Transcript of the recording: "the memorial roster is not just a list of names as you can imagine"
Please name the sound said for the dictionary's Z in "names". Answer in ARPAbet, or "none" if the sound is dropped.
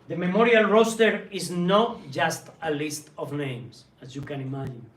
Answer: S